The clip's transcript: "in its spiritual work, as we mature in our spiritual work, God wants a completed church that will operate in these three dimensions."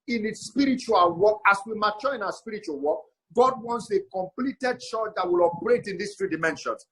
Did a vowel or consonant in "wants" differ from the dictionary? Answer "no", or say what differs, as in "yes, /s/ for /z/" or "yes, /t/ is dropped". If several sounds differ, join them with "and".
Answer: no